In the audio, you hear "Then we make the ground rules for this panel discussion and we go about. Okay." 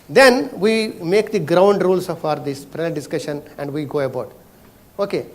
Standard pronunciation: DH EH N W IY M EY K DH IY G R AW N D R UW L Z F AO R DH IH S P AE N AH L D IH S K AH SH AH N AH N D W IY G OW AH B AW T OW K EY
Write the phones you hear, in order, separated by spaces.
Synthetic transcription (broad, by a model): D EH N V IY M EY K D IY G R AW N D R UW L S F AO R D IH S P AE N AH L D IH S K AH SH AH N AH N D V IY G OW AH B AW T OW K EY